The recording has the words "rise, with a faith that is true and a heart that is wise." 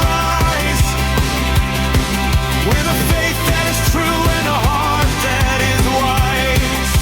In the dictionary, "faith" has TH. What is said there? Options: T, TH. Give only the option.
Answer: T